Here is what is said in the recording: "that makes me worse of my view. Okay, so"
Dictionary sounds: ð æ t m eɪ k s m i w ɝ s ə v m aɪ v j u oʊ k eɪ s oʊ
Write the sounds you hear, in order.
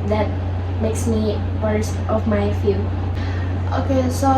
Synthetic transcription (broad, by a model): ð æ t m eɪ k s m i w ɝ s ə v m aɪ f j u oʊ k eɪ s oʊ